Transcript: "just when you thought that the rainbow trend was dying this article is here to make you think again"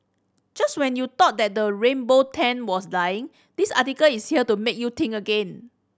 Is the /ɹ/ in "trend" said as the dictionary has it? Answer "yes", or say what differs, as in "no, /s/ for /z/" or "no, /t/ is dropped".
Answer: no, /ɹ/ is dropped